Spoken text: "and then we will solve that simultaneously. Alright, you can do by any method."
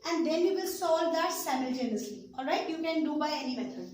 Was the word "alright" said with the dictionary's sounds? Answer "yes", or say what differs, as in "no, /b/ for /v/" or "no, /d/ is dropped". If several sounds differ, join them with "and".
yes